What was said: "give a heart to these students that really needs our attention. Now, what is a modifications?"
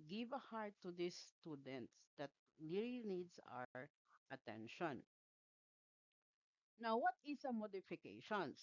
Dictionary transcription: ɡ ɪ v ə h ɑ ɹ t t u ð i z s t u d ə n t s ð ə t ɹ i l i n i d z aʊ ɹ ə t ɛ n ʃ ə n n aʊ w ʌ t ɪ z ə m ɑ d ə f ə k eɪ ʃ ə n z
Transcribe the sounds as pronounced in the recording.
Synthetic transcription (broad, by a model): ɡ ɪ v ə h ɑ ɹ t t u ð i s t u d ə n t s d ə t l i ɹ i n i d s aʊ ɹ ə t ɛ n ʃ ə n n aʊ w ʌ t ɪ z ə m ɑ d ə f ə k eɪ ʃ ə n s